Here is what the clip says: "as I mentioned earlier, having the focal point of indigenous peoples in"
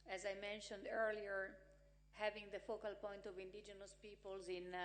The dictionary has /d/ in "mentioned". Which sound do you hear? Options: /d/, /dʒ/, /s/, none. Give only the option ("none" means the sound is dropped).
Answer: /d/